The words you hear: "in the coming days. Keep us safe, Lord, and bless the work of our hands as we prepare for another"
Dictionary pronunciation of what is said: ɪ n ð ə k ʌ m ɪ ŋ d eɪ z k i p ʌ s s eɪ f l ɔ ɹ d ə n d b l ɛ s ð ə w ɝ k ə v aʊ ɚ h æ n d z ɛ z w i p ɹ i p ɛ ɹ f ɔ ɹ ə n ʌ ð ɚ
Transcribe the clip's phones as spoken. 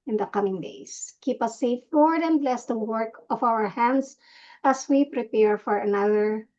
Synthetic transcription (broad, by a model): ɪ n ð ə k ʌ m ɪ ŋ d eɪ s k i p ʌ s s eɪ f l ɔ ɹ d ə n b l ɛ s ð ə w ɝ k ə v aʊ ɚ h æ n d s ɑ s w i p ɹ i p ɛ ɹ f ɔ ɹ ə n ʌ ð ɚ